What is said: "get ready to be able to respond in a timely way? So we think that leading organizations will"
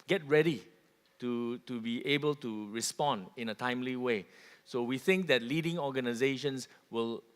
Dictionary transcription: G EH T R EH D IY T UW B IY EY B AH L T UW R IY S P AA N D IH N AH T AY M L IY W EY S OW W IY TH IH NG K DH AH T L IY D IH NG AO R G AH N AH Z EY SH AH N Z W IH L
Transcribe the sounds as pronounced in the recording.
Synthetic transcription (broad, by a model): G EH T R EH D IY T UW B IY EY B AH L T UW R IY S P AA N D IH N AH T AY M L IY W EY S OW W IY TH IH NG K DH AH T L IY D IH NG AO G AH N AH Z EY SH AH N S W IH L